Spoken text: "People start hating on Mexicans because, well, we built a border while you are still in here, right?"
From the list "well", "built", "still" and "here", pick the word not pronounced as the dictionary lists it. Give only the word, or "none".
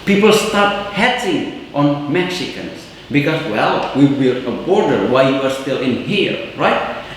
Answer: built